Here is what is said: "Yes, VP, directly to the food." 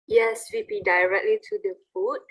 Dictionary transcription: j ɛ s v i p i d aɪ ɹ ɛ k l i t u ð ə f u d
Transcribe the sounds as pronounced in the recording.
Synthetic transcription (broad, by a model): j ɛ s w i b i d aɪ ɹ ɛ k l i t u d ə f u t